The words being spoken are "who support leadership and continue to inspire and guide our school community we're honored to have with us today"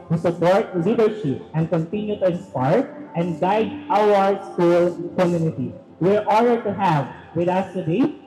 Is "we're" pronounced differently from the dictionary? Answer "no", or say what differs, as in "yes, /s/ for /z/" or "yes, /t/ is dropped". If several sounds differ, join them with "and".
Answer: no